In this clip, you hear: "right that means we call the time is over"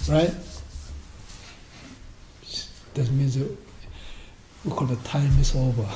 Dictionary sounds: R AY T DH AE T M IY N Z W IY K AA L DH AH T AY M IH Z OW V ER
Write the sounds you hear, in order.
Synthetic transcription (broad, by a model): R AY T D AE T M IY N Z W IY K AA L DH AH T AY M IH S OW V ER